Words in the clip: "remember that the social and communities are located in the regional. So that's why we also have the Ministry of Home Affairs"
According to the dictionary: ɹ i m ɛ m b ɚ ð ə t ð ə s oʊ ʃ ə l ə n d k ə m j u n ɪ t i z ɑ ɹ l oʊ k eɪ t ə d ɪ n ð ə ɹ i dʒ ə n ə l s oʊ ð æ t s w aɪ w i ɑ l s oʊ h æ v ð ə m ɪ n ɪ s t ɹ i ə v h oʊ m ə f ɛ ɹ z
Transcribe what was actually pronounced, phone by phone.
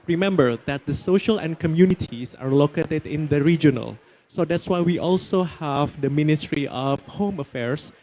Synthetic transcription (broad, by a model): ɹ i m ɛ m b ɚ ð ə t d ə s oʊ ʃ ə l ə n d k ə m j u n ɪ t i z ɑ ɹ l oʊ k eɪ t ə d ɪ n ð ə ɹ i dʒ ə n ə l s oʊ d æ t s w aɪ w i ɑ l s oʊ h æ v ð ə m ɪ n ɪ s t ɹ i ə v h oʊ m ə f ɛ ɹ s